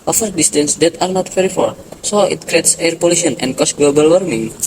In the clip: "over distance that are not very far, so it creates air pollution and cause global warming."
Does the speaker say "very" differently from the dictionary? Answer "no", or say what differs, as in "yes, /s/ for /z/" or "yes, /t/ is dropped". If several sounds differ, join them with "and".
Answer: yes, /f/ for /v/